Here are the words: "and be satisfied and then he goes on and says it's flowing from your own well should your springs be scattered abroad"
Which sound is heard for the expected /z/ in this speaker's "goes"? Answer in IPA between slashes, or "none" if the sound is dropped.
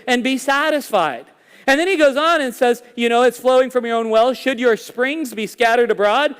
/z/